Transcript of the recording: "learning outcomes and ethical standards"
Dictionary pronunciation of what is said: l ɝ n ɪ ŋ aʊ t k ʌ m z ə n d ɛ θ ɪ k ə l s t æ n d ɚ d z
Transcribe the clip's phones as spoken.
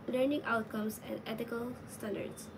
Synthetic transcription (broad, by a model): l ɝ n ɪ ŋ aʊ t k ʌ m s ə n d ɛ t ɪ k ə l s t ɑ n d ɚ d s